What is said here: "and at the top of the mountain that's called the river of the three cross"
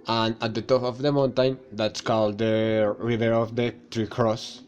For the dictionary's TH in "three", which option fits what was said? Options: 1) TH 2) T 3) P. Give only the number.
2